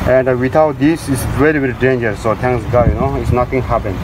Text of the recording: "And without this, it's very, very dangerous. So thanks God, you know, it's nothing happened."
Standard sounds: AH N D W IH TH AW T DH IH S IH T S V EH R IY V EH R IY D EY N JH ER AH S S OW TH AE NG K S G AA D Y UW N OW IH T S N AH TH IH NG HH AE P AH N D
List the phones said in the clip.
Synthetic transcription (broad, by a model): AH N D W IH T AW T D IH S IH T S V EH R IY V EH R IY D EY N JH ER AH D S OW T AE NG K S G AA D Y UW N OW IH T S N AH T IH NG HH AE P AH N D